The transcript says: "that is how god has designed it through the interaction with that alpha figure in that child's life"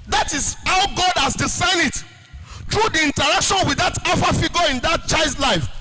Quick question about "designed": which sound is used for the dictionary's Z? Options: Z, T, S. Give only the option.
S